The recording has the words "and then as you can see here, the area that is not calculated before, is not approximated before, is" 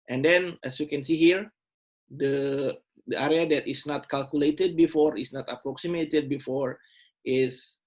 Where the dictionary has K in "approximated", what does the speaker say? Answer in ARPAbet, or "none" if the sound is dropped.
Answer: K